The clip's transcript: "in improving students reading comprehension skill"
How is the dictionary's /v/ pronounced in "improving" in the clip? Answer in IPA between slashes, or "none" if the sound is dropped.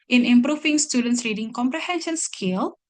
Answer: /f/